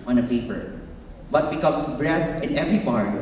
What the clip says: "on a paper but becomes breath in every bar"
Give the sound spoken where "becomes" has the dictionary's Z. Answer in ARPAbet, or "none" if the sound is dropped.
S